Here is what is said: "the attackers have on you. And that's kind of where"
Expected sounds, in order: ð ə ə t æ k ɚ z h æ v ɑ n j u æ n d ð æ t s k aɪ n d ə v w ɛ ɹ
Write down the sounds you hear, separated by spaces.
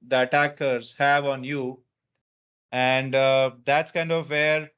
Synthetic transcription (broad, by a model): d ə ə t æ k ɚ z h æ v ɑ n j u æ n d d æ t s k aɪ n d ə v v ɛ ɹ